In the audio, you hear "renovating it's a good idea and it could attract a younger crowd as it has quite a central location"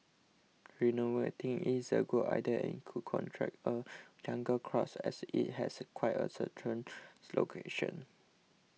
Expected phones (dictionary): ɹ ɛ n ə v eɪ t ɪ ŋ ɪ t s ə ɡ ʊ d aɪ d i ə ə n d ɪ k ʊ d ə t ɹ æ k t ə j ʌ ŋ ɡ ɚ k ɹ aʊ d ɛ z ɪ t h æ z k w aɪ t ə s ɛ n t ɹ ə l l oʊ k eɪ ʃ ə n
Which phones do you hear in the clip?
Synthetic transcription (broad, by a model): ɹ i n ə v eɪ t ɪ ŋ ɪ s ə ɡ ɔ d aɪ d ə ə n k ɪ k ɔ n t ɹ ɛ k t ə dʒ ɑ ŋ ɡ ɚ k ɹ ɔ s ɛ s ɪ t h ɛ s k w aɪ t ə s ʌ t ə n l oʊ k eɪ ʃ ə n